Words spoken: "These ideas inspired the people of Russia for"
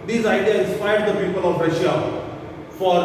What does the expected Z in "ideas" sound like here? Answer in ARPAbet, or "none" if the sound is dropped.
none